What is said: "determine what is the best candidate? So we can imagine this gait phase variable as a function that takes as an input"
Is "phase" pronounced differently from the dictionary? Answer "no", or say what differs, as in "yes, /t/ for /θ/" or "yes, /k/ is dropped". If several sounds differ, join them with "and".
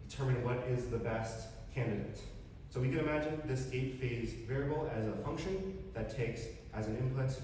no